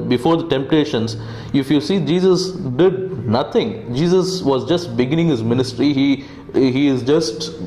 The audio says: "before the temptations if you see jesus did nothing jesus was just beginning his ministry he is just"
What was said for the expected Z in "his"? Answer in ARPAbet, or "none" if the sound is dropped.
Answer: Z